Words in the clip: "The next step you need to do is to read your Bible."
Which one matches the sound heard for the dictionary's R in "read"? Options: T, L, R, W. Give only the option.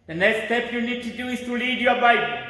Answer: L